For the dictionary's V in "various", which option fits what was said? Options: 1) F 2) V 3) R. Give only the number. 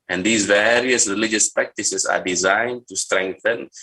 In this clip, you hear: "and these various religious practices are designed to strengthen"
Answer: 2